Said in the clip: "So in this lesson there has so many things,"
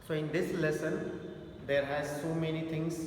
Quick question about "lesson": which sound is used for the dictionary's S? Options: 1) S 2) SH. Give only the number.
1